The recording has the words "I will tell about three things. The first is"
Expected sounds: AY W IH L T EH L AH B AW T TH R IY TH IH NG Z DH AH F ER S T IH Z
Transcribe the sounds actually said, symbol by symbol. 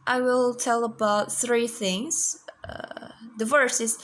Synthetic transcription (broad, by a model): AY W IH L T EH L AH B AW T TH R IY TH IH NG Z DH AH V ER S IH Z